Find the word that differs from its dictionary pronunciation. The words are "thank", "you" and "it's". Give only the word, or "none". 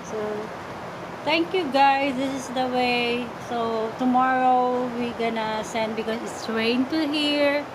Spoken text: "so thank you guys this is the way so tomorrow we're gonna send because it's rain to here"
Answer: thank